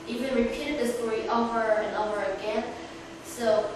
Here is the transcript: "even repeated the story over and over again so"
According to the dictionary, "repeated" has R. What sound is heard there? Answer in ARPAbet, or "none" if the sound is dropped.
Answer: R